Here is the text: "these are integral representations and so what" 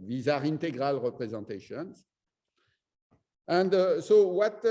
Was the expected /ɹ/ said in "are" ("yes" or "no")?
yes